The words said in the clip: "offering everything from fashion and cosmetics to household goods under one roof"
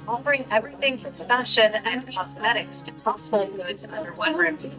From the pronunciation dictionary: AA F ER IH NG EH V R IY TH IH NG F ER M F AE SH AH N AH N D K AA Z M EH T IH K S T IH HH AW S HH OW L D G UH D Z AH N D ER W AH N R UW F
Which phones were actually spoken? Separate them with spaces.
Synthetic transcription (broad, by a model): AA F ER IH NG EH V R IY TH IH NG F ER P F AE SH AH N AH N K AA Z M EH T IH K S T IH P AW S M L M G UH D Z AH N D ER W AH N R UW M